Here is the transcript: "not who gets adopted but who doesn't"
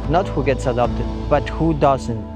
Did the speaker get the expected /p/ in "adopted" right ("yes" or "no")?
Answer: yes